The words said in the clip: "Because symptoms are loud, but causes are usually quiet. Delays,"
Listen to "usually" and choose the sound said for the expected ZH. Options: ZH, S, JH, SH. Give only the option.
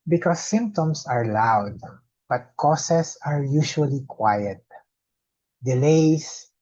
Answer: SH